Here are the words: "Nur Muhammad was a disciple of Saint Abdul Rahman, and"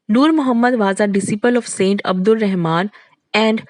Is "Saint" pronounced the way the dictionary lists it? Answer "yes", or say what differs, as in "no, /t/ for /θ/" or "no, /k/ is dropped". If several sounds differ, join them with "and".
yes